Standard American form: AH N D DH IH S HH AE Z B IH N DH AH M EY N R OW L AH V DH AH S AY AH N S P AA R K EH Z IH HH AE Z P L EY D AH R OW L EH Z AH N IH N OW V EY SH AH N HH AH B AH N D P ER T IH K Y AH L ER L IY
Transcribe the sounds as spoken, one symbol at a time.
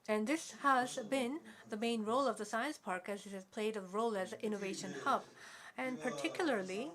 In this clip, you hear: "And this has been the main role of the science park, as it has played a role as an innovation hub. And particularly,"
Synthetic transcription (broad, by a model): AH N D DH IH S HH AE Z B IH N DH AH M EY N R OW L AH V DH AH S AY AH N S P AA R K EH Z IH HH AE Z P L EY D AH R OW L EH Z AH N IH N OW V EY SH AH N HH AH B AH N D P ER T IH K Y L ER L IY